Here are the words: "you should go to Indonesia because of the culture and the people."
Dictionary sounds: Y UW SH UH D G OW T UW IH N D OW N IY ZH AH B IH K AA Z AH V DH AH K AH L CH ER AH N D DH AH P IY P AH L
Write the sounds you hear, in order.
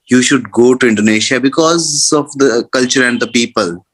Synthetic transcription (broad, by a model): Y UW SH UH D G OW T UW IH N D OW N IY SH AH B IH K AA Z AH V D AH K AH L CH ER AH N D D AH P IY P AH L